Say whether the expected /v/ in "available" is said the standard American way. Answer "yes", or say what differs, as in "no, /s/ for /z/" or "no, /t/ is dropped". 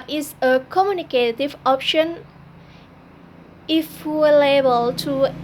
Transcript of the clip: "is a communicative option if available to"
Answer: no, /v/ is dropped